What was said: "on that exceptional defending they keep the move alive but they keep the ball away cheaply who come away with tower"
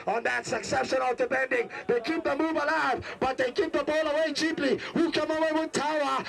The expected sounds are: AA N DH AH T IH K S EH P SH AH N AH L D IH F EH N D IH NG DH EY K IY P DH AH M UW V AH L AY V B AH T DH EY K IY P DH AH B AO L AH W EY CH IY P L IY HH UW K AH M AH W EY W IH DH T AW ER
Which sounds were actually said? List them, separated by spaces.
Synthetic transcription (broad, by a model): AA N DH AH T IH K S EH P SH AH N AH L D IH P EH N D IH NG DH EY K IY P DH AH M UW V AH L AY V B AH T DH EY K IY P DH AH B AO L AH W EY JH IY P L IY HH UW K AH M AH W EY W IH DH T AW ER